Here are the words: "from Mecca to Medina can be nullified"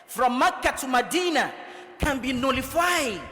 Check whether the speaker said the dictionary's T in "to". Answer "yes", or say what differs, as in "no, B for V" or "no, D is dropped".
no, S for T